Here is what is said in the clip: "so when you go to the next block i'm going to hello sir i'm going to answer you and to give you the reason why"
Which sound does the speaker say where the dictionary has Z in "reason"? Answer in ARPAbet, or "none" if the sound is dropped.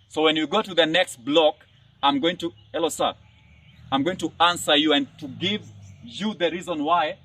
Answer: Z